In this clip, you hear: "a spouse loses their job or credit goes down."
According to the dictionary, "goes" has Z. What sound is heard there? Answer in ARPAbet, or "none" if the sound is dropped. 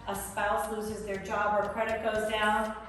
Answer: Z